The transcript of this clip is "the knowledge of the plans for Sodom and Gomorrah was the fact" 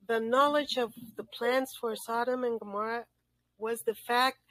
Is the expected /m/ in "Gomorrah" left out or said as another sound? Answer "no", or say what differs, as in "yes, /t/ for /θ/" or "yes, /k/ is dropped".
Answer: no